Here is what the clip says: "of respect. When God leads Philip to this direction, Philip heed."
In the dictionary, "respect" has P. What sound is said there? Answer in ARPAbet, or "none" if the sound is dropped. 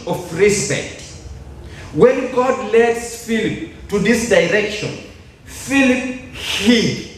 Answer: B